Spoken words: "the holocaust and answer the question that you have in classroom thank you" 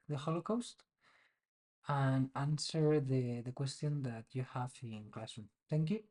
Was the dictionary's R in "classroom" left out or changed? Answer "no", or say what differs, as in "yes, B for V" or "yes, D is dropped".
yes, R is dropped